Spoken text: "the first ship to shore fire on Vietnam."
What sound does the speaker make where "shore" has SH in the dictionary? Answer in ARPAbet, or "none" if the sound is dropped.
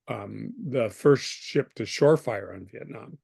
SH